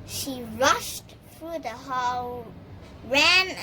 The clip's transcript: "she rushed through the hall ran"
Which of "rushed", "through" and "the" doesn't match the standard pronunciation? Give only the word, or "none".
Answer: none